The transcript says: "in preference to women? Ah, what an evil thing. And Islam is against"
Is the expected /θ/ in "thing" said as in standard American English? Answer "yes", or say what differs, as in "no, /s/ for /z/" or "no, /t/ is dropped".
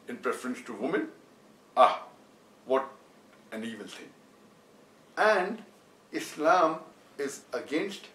no, /t/ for /θ/